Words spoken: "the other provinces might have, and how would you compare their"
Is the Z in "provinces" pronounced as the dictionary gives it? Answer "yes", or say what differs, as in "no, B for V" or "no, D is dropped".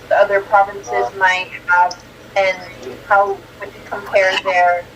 yes